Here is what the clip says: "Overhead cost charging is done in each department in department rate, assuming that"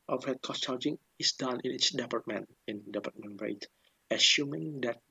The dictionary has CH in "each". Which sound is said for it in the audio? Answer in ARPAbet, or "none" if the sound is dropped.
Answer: S